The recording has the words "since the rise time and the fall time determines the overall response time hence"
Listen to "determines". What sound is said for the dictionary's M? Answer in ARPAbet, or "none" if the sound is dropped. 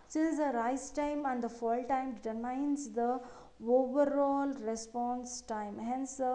none